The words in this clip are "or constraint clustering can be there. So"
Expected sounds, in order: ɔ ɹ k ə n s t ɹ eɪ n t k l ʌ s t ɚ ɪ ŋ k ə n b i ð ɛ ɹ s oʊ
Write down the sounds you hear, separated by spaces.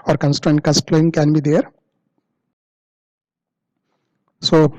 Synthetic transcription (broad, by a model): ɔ ɹ k ə n s t ɹ eɪ n t k ʌ s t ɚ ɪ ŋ k ə n b i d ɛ ɹ s oʊ